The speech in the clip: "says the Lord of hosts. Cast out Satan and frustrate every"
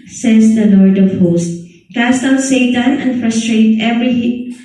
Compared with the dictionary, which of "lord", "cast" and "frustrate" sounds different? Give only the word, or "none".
none